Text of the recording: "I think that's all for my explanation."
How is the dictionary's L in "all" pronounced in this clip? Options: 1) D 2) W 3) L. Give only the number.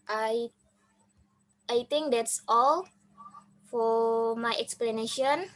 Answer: 3